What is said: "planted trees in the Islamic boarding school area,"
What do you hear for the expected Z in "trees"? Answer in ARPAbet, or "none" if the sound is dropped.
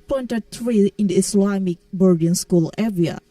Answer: none